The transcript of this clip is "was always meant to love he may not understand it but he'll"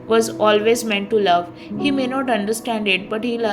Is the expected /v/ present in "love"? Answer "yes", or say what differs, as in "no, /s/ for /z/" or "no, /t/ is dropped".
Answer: yes